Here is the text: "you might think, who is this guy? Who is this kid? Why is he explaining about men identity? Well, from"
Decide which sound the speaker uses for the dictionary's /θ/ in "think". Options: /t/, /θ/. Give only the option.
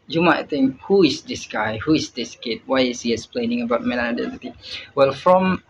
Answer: /t/